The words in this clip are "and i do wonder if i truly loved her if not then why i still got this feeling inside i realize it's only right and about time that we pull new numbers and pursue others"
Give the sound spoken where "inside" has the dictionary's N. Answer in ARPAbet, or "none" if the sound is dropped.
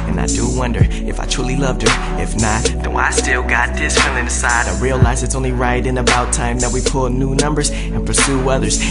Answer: none